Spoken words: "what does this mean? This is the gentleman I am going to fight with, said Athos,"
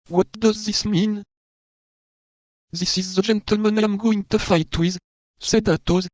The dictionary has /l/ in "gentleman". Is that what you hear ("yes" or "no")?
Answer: yes